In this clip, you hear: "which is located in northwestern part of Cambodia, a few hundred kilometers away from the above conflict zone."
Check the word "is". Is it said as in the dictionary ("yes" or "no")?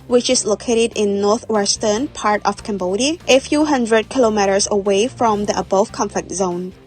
no